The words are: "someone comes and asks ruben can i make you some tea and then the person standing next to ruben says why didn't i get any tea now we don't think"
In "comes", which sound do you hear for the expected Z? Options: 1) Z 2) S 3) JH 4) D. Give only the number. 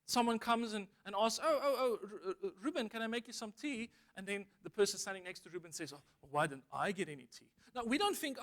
1